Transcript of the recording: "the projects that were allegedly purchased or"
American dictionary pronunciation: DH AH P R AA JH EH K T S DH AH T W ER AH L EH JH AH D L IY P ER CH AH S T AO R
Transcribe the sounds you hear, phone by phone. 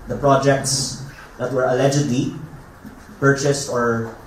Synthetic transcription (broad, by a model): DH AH P R AA JH EH K T S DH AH T W ER AH L EH JH AH D L IY P ER CH AH S T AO R